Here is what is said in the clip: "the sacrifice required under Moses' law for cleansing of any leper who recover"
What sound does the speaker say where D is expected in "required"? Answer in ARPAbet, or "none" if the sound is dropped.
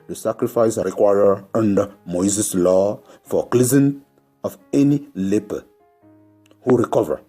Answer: none